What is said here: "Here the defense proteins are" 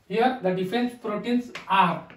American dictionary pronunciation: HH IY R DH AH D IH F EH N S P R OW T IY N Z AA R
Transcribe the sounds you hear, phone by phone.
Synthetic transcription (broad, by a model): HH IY R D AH D IH F EH N S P R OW T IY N S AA R